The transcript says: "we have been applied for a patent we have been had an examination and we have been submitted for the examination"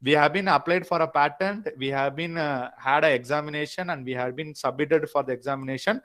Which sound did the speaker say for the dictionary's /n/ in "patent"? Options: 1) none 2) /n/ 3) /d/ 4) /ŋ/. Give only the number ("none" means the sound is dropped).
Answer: 2